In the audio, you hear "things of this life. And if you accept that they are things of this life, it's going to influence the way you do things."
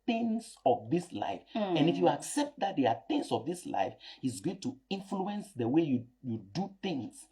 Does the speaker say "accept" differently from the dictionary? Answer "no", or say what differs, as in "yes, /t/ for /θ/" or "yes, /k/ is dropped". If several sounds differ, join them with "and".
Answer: no